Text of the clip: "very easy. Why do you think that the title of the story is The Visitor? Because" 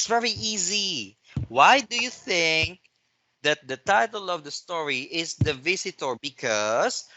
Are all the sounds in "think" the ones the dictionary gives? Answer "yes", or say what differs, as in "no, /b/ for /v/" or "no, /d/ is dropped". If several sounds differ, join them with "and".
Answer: yes